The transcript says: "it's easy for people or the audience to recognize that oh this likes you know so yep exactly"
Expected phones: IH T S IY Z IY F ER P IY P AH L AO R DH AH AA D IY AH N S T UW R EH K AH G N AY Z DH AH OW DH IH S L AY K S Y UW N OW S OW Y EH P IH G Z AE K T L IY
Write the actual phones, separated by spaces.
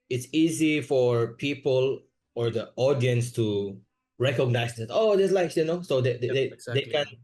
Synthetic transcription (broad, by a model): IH T S IY Z IY F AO P IY P AH L AO R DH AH AA D IY AH N S T UW R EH K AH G N AY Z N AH OW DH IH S L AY S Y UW N OW S OW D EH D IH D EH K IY